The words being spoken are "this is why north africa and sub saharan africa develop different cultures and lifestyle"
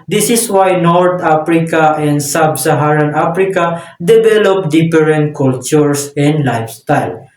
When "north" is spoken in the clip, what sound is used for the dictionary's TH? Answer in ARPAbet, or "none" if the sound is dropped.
T